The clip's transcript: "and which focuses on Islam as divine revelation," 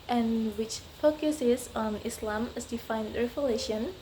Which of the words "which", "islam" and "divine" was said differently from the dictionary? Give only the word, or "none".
divine